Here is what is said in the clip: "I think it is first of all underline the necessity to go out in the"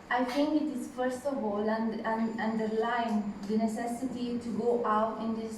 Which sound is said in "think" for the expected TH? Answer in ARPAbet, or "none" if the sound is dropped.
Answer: T